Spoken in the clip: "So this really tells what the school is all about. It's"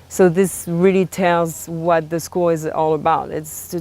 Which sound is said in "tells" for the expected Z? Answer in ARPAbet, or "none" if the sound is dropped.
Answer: Z